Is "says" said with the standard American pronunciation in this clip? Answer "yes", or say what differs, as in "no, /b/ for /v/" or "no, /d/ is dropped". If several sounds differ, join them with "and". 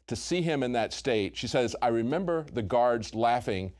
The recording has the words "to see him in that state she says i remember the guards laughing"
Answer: yes